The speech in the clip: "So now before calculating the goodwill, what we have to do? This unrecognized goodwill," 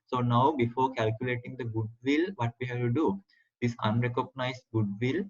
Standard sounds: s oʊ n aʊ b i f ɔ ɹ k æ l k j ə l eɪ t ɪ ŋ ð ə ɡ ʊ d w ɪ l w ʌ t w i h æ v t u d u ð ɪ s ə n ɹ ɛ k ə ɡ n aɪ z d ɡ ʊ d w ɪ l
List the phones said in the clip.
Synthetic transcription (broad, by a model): s oʊ n aʊ b i f ɔ ɹ k æ l k j ə l eɪ t ɪ ŋ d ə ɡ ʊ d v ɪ l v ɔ t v i h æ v t u d u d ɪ s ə n ɹ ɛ k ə ɡ n aɪ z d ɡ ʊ d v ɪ l